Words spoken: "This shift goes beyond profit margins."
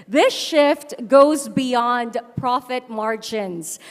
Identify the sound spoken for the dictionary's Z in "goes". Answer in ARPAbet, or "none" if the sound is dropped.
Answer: Z